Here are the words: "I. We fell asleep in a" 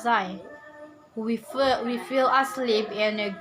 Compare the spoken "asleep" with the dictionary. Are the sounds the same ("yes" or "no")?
yes